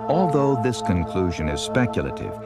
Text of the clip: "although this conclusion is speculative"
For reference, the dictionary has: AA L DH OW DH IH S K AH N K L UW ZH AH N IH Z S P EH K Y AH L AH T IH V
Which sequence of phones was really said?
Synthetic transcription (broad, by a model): AA L DH OW DH IH S K AH N K L UW ZH AH N IH Z S P EH K Y L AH T IH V